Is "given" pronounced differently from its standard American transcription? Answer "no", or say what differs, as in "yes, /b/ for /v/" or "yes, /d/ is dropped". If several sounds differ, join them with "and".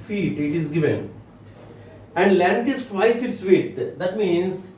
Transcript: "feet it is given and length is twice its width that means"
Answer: no